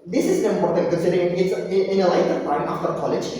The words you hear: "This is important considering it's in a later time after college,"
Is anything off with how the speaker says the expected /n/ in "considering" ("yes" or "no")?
yes